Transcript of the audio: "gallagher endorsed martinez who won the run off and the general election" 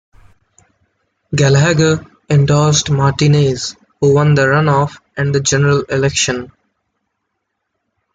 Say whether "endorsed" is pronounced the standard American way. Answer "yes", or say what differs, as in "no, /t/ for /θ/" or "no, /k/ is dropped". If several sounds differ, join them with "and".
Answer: no, /l/ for /ɹ/